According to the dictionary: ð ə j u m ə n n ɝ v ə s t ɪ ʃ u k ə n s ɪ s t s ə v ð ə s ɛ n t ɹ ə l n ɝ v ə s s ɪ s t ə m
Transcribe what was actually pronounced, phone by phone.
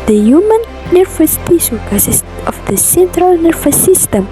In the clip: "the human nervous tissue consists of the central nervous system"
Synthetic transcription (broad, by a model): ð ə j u m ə n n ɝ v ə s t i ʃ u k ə s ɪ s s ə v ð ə s ɛ n t ɹ ə l n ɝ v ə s s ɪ s t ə m